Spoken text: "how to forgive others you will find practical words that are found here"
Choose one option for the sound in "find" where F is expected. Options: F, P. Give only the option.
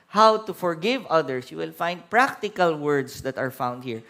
F